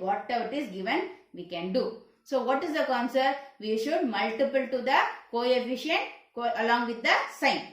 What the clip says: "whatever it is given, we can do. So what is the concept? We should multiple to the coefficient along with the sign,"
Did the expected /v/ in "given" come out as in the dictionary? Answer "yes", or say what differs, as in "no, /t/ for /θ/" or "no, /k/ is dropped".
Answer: yes